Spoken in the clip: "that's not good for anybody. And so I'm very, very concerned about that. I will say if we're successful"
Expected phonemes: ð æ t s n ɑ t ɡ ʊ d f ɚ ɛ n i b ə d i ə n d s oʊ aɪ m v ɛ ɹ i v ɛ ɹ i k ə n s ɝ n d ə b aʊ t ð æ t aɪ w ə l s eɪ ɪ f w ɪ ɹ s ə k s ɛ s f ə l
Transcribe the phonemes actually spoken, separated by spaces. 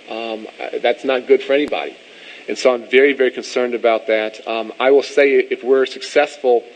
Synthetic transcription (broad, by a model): ð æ t s n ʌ t ɡ ʊ d f ɚ ɛ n i b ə d i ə n s oʊ aɪ m v ɛ ɹ i v ɛ ɹ i k ə n s ɝ n d ə b aʊ t ð æ t aɪ w ə l s eɪ ɪ f w ɪ ɹ s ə k s ɛ s f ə l